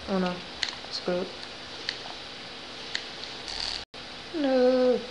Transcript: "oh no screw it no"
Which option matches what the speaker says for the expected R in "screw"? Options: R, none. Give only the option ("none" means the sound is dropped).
none